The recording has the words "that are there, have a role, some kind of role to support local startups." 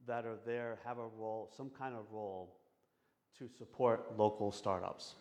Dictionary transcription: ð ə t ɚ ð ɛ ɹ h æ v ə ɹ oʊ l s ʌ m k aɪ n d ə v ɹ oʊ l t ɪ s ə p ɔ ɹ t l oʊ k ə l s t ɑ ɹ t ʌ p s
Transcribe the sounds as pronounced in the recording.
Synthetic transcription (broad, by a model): ð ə t ɚ ð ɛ ɹ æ v ə ɹ oʊ l s ʌ m k aɪ n d ə v ɹ oʊ l t ɪ s ə p ɔ ɹ t l oʊ k l s t ɑ ɹ t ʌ p s